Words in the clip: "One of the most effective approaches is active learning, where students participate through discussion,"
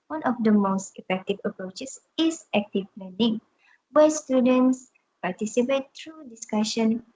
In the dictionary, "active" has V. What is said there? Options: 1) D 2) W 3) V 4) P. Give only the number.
4